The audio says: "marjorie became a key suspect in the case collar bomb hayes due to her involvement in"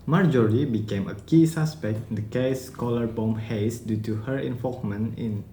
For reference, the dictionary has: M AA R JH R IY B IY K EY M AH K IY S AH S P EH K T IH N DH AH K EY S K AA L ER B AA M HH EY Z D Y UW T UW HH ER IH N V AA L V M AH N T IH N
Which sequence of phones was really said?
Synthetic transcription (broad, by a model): M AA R JH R IY B IY K EY M AH K IY S AH S P EH K T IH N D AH K EY S K AA L ER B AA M HH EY S D Y UW T UW HH ER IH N F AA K M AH N IH N